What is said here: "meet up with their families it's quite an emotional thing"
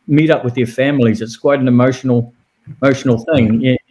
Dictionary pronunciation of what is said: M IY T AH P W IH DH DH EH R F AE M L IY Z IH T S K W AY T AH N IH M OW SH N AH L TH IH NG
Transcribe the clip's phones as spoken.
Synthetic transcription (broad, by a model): M IY T AH P W IH DH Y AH R F AE M L IY Z IH T S K W AY T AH N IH M OW SH N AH L TH IH NG